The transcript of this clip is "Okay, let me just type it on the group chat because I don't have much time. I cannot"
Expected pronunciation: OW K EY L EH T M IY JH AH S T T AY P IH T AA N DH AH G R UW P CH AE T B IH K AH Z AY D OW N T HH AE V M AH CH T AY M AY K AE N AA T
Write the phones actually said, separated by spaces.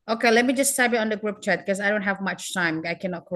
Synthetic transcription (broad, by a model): OW K EY L EH T M IY JH AH S T S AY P IH T N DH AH G R UW P CH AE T K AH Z AY D OW N T HH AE V M AH CH T AY M AY K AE N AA T